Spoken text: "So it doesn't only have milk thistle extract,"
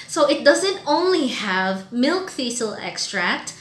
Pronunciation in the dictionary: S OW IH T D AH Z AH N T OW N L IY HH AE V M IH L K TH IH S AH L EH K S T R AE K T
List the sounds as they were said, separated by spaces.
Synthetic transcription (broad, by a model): S OW IH T D AH Z AH N T OW N L IY HH AE V M IH L K F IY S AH L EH K S T R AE K T